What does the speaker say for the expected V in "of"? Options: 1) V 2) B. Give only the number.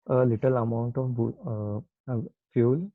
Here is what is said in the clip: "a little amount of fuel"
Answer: 2